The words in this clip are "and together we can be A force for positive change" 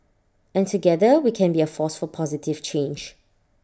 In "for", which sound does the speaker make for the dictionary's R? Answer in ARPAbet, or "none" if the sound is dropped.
L